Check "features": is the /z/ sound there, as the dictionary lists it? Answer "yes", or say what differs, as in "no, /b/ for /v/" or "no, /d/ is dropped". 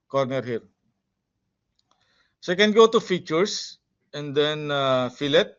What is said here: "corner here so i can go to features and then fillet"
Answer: no, /s/ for /z/